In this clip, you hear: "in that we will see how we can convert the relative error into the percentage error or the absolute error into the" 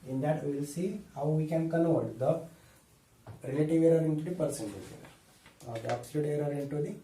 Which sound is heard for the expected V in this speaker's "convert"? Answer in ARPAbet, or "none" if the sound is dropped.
none